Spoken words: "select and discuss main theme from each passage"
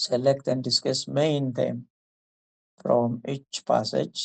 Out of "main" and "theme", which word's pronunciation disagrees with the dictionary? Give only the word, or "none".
theme